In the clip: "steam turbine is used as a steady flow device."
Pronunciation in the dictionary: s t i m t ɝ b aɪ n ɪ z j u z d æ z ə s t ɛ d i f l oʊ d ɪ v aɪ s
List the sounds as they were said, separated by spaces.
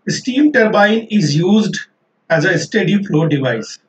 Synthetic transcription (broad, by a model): s t i m t ɝ b aɪ n ɪ z j u z d æ z ə s t ɛ d i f l oʊ d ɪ v aɪ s